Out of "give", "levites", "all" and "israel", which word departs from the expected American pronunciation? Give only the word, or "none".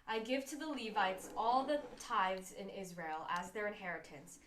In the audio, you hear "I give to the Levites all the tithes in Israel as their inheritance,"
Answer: none